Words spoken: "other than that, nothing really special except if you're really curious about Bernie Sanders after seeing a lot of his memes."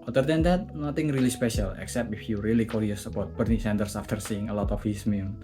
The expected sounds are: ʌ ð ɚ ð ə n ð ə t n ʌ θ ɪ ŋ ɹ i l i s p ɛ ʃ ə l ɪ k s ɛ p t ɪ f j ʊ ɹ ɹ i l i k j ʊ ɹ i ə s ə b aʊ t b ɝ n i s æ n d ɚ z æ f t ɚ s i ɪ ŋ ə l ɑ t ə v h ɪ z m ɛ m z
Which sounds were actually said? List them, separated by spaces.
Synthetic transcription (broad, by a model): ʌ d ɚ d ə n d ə t n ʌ t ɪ ŋ ɹ i l i s p ɛ ʃ ə l ɪ k s ɛ p t ɪ f j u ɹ ɹ i l i k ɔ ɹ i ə s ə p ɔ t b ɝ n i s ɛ n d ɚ s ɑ f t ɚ s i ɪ ŋ ə l ɑ t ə f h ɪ s m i